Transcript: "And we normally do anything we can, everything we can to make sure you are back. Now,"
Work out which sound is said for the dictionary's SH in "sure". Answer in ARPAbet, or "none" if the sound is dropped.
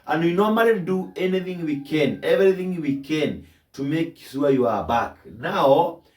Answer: S